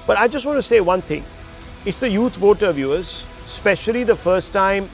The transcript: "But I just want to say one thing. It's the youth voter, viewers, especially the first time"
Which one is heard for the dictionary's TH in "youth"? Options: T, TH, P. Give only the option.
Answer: T